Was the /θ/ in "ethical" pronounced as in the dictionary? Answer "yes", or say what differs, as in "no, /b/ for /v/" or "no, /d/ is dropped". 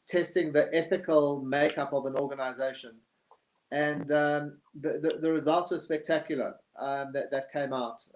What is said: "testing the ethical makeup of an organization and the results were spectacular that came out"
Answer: yes